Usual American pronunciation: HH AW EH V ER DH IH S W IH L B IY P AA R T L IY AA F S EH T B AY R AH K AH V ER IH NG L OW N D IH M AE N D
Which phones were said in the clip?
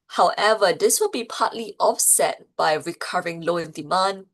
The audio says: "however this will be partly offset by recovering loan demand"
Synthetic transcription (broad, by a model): HH AW EH V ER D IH S W IH L B IY P AA T L IY AA F S EH T B AY R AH K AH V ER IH NG L OW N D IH M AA N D